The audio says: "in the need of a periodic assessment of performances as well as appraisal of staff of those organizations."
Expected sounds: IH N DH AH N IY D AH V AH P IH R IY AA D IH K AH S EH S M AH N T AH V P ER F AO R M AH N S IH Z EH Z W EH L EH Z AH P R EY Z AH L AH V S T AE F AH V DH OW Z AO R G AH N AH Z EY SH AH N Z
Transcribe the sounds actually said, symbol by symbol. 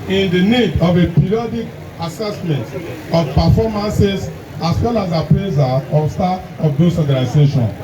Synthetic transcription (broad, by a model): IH N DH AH N IY D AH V AH P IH R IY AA D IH K AH S EH S M AH N T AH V P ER F AO M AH N S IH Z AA S W EH L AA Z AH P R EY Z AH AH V S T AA AH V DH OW S AO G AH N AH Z EY SH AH N